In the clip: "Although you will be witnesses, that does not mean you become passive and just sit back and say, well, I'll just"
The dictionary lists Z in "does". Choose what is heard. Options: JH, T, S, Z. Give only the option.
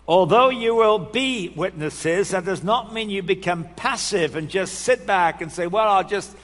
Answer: Z